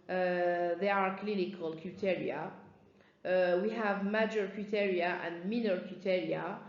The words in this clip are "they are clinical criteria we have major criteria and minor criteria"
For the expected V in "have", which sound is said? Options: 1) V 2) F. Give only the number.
1